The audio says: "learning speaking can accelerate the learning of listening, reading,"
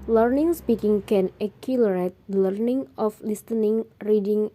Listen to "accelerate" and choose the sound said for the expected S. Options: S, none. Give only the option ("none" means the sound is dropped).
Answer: none